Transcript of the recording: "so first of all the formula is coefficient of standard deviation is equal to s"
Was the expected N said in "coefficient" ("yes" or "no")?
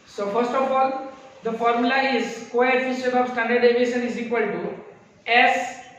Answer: no